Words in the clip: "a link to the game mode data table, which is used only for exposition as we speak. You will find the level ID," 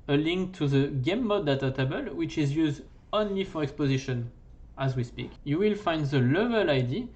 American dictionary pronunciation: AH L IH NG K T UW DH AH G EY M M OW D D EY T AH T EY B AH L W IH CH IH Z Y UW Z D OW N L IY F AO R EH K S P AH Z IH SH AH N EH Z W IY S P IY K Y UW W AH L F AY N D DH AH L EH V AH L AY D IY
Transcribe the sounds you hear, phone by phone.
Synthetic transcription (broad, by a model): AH L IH NG K T UW DH AH G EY M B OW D D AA T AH T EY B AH L W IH CH IH Z Y UW Z D OW N L IY F AO R EH K S P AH Z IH SH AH N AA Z W IY S P IY K Y UW W AH L F AY N D DH AH L EH V AH L AY D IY